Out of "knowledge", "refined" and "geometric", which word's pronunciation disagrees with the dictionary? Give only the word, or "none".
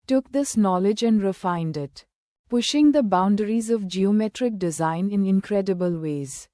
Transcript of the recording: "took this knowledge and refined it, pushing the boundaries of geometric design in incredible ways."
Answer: none